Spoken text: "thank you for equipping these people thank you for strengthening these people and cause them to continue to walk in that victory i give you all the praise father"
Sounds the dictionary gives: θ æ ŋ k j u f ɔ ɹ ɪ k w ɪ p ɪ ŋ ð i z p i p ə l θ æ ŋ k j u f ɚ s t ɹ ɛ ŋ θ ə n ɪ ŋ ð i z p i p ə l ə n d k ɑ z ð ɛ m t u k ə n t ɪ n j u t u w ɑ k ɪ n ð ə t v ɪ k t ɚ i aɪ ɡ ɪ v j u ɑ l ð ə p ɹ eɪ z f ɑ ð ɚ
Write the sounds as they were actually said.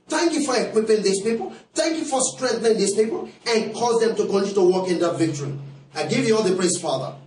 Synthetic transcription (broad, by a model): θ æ ŋ k j u f ɔ ɹ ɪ k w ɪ p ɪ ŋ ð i s p i p ə l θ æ ŋ k j u f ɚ s t ɹ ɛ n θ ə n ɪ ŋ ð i s p i p ə l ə n k ɑ z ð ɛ m t u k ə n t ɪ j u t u w ɑ k ɪ n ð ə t v ɪ k t ɚ i aɪ ɡ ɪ v j u ɑ l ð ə p ɹ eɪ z f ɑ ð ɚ